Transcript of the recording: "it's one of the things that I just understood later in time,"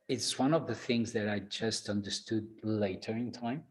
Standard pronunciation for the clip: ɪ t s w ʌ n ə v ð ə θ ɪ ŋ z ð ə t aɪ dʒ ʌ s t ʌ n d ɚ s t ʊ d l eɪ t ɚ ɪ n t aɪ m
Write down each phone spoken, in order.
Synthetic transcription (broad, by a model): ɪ t s w ʌ n ə v ð ə θ ɪ ŋ z ð ə t aɪ dʒ ʌ s t ʌ n d ɚ s t ʊ d l eɪ t ɚ ɪ n t aɪ m